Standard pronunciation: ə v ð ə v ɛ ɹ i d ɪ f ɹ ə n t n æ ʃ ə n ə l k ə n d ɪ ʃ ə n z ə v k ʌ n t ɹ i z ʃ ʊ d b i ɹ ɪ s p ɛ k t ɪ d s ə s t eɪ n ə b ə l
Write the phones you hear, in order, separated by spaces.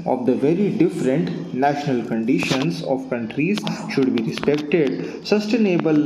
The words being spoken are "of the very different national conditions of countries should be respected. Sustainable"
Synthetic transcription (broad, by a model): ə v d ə v ɛ ɹ i d ɪ f ɹ ə n t n æ ʃ ə n ə l k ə n d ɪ ʃ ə n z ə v k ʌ n t ɹ i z ʃ ʊ d b i ɹ ɪ s p ɛ k t ɪ d s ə s t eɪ n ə b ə l